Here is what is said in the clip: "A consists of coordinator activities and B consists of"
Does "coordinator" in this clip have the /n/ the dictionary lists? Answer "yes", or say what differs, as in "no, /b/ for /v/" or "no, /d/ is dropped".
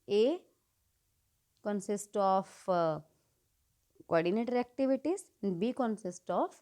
yes